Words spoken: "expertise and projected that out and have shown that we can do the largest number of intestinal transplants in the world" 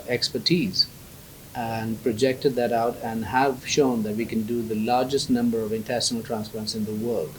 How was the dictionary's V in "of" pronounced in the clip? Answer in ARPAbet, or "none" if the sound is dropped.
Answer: V